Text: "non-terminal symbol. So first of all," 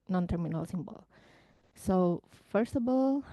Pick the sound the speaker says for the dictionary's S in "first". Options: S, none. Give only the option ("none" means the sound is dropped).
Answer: S